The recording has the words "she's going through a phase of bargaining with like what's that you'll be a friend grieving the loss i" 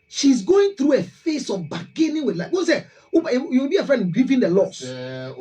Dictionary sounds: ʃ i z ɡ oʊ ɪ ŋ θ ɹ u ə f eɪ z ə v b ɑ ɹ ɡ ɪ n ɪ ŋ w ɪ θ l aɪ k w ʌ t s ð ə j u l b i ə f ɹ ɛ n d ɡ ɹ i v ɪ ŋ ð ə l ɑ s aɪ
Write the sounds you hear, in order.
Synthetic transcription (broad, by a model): ʃ i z ɡ oʊ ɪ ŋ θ ɹ u ə f eɪ s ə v b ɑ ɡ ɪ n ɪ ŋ w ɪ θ l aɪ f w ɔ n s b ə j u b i ə f ɹ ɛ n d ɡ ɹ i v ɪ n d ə l ɑ s